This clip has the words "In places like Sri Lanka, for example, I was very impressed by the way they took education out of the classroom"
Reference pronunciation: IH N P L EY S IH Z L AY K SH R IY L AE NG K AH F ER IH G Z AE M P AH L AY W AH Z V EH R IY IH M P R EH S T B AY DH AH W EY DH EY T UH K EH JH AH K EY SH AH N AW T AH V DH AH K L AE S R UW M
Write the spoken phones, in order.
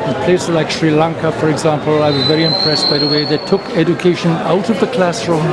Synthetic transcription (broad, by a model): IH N P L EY IH S L AY K SH R IY L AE NG K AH F ER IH G Z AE M P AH L AY W AH Z V EH R IY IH M P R EH S B AY DH AH W EY DH EY T UH K EH JH AH K EY SH AH N AW T AH V DH AH K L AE S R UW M